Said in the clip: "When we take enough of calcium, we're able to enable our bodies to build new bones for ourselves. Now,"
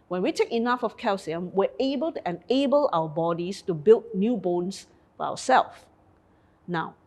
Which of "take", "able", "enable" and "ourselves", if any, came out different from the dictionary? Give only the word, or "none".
ourselves